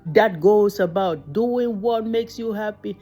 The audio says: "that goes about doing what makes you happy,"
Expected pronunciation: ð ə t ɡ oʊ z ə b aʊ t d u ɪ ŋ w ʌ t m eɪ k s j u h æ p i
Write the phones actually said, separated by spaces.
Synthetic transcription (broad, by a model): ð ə t ɡ oʊ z ə b aʊ t d u ɪ ŋ w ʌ t m eɪ k s j u h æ p i